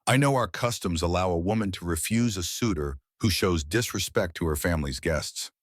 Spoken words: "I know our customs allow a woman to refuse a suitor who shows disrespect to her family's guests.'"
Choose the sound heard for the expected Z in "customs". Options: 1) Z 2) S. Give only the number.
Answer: 1